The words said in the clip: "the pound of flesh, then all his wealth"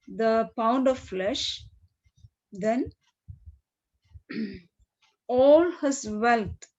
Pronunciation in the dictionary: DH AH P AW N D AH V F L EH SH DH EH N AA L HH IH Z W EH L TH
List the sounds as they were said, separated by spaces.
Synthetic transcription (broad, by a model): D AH P AW N D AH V F L EH SH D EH N AA L HH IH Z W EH L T